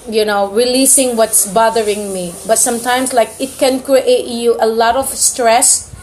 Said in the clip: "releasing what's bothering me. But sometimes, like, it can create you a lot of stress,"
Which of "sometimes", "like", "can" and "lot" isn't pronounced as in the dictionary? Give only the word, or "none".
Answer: sometimes